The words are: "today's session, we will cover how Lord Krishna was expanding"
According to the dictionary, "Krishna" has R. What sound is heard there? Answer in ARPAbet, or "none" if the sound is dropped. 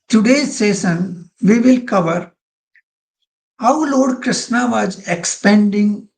R